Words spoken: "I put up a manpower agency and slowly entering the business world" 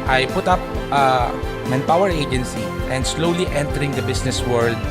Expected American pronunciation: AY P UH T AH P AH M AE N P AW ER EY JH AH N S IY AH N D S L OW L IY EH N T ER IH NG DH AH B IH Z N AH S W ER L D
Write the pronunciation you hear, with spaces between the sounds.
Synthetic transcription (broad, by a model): AY P UH T AH P AH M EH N P AW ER EY JH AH N S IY AH N D S L OW L IY EH N T ER IH NG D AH B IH S N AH S W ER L D